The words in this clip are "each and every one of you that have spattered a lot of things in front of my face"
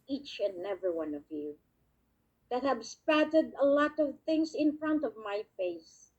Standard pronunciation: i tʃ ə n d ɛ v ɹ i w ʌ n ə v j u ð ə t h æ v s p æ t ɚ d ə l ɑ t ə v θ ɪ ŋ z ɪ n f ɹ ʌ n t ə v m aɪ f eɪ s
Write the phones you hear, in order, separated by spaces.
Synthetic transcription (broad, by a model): i tʃ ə n ɛ v ɹ i w ʌ n ə v j u ð ə t h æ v s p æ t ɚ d ə l ɑ t ə v θ ɪ ŋ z ɪ n f ɹ ʌ n t ə v m aɪ f eɪ s